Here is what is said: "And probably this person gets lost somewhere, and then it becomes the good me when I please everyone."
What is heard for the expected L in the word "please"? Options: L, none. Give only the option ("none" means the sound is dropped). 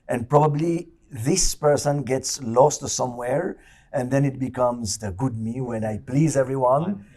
L